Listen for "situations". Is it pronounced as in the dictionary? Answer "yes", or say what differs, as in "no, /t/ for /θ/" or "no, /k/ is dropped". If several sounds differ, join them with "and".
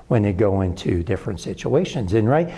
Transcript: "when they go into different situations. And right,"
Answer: yes